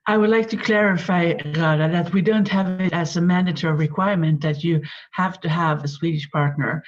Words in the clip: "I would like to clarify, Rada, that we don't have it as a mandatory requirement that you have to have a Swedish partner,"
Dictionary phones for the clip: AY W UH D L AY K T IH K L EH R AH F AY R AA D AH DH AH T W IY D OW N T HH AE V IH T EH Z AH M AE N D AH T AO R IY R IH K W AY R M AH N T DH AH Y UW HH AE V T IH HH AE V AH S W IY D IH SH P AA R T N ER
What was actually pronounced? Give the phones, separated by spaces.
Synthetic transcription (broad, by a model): AY W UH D L AY K T IH K L EH R AH F AY R AA D AH DH AH T W IY D OW N T HH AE V IH T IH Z AH M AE N D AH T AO R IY R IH K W AY R M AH N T DH AH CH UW HH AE F T IH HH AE V AH S W IY D IH SH P AA R T N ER